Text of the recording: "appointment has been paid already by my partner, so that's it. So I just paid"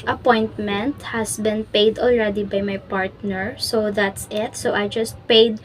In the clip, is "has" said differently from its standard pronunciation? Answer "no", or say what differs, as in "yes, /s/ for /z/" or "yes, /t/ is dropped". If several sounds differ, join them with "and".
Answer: yes, /s/ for /z/